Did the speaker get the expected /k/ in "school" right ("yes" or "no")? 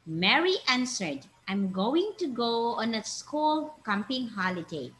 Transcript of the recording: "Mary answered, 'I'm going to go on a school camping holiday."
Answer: yes